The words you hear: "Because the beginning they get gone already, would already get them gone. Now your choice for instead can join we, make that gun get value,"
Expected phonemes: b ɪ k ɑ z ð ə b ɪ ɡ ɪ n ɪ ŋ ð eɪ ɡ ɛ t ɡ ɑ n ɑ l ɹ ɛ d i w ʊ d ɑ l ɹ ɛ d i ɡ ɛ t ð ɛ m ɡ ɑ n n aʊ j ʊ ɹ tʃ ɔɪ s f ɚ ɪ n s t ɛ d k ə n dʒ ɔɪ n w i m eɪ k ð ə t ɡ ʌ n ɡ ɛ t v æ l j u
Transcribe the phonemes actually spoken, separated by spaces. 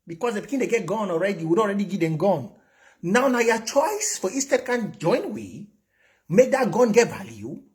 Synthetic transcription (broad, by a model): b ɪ k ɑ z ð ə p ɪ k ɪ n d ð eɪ ɡ ɛ t ɡ ɑ n ɑ l ɹ ɛ d i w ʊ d ɑ l ɹ ɛ d i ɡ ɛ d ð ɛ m ɡ ɑ n n aʊ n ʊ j tʃ ɔɪ s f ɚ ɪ s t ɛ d k ə n dʒ ɔɪ n w i m eɪ k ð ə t ɡ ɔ n ɡ ɛ t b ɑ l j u